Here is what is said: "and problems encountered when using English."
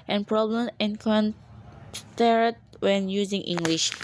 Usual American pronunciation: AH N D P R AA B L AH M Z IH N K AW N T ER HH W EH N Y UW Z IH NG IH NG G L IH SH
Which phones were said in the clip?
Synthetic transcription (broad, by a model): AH N P R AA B L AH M IH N K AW N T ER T W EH N Y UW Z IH NG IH NG G L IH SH